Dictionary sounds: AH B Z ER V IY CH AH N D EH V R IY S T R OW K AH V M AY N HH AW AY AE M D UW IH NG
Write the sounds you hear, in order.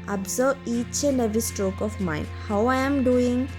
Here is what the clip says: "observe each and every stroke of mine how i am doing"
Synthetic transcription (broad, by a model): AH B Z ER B IY CH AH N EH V IY S T R OW K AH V M AY N HH AW AY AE M D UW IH NG